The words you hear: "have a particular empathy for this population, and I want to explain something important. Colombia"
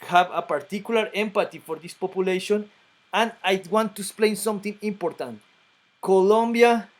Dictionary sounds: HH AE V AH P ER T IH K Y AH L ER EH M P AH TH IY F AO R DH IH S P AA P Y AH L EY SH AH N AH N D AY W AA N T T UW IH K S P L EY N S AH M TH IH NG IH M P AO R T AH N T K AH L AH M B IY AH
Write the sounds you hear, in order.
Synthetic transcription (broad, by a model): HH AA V AH P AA T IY K Y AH L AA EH M P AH T IY F AO R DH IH S P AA P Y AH L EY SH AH N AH N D AY W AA N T T UW IH K S P L EY N S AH M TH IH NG IH M P AO R T AH N T K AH L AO M B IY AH